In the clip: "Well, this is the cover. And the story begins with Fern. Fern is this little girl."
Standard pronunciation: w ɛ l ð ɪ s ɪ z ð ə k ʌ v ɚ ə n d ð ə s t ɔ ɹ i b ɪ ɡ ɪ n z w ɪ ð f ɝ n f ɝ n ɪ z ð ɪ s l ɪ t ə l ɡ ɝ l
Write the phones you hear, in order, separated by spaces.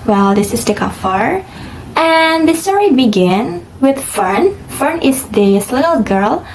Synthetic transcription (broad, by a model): w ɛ l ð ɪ s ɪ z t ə k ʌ f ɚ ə n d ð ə s t ɔ ɹ i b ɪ ɡ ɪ n w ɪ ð f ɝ n f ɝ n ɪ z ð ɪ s l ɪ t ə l ɡ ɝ l